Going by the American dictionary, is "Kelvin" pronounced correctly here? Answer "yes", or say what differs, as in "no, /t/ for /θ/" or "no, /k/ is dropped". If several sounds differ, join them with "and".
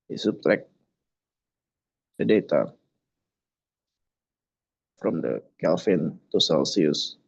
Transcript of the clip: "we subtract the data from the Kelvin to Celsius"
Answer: no, /f/ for /v/